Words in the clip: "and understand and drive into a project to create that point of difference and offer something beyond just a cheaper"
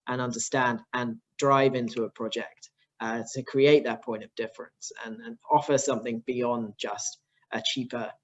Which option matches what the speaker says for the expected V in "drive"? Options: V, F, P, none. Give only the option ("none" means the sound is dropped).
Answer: V